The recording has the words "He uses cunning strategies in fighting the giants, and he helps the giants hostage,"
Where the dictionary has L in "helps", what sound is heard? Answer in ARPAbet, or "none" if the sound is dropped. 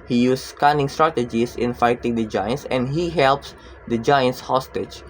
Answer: L